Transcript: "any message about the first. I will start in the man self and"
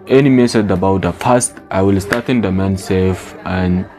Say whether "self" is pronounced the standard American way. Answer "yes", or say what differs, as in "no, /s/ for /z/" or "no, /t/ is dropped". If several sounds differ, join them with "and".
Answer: no, /l/ is dropped